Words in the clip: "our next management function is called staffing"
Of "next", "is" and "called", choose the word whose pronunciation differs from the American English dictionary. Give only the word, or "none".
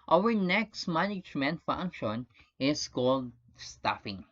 is